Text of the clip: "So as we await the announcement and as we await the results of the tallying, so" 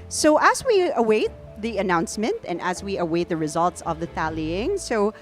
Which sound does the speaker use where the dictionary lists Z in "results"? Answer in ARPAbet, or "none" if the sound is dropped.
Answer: Z